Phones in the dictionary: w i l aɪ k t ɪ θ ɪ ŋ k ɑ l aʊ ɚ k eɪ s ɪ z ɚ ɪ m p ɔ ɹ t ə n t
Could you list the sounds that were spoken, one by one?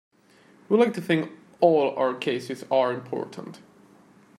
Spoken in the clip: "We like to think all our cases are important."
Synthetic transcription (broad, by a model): w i l aɪ k t ɪ θ ɪ ŋ k ɑ l aʊ ɚ k eɪ s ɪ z ɚ ɪ m p ɔ ɹ t ə n t